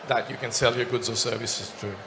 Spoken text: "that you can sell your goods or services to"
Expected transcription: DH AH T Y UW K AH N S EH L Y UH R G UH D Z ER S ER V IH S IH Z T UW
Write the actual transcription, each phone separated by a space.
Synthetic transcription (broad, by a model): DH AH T Y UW K AH N S EH L Y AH R G UH D Z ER S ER V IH S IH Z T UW